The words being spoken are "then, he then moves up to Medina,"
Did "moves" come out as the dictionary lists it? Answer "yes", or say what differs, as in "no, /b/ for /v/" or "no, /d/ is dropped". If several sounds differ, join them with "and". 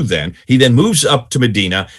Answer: yes